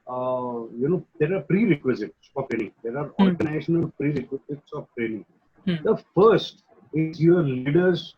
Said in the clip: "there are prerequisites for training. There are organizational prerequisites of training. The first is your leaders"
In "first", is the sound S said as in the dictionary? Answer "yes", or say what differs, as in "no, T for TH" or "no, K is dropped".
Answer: yes